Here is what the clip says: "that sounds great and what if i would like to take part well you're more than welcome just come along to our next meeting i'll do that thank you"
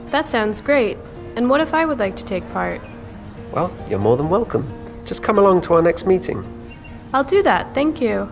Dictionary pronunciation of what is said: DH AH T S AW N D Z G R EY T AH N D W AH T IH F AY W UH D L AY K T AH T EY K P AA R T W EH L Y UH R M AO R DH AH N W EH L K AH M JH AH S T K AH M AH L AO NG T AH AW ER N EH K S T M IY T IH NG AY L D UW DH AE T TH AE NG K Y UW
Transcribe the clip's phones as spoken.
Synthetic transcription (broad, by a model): DH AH T S AW N D Z G R EY T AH N W AH T IH F AY W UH D L AY K T AH T EY K P AA R T W EH L Y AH R M AO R DH AH N W EH L K AH M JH AH S K AH M AH L AO NG T AH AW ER N EH K S T M IY T IH NG AY L D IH DH AE T TH AE NG K Y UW